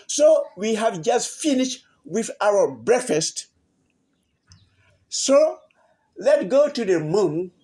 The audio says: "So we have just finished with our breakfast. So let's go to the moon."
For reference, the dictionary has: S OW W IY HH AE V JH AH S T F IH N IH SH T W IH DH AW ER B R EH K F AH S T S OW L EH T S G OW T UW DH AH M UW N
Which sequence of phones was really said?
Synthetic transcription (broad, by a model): S OW W IY HH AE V JH AH S T F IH N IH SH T W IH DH AW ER B R EH K F AH S T S OW L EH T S G OW T UW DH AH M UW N